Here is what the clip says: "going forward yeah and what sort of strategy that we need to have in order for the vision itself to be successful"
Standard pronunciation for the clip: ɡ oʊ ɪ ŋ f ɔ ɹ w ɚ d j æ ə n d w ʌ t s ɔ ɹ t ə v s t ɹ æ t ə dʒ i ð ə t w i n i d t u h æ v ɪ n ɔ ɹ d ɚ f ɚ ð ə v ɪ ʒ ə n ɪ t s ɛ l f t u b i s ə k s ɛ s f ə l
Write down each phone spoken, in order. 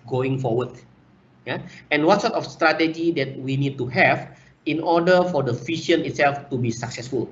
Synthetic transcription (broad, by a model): ɡ oʊ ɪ ŋ f ɔ w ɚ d j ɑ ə n w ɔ t s ɔ t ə f s t ɹ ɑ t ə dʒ i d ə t w i n i d t u h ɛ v ɪ n ɔ d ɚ f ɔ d ə f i ʃ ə n ɪ t s ɛ l f t u b i s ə k s ɛ s f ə l